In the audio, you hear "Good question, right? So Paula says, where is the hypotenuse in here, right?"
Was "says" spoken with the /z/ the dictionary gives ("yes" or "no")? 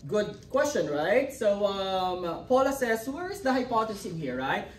no